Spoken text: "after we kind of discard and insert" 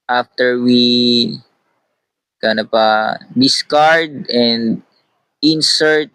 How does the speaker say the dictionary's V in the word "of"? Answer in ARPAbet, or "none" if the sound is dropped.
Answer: P